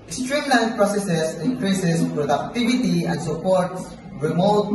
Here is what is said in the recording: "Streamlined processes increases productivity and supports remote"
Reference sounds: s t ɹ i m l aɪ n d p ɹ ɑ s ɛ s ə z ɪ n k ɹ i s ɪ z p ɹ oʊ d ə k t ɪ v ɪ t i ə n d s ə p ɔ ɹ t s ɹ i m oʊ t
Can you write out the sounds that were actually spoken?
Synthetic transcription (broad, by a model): s t ɹ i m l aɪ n p ɹ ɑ s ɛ s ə s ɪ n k ɹ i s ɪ s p ɹ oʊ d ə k t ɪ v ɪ t i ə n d s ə p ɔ ɹ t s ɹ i m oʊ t